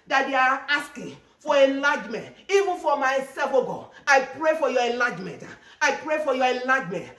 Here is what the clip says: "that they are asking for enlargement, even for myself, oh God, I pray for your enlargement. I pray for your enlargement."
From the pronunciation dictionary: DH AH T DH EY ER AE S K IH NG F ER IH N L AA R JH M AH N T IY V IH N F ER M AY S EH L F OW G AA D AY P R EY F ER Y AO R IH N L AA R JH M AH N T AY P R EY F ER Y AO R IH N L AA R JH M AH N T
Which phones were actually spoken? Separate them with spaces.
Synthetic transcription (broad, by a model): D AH T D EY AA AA S K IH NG F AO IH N L AA JH M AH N T IY V IH N F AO M AY S EH L F OW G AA AY P R EY F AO Y AO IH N L AA JH M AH N T AY P R EY F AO Y AO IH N L AA JH M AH N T